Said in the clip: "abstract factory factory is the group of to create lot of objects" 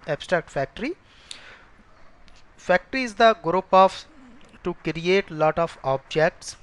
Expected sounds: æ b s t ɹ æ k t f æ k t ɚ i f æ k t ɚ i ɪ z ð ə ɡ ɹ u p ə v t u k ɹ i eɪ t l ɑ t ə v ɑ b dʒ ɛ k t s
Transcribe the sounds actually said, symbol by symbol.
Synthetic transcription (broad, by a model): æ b s t ɹ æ k t f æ k t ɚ i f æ k t ɚ i ɪ z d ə ɡ ɹ u p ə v t u k ɹ i eɪ t l ɑ t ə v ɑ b dʒ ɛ k t s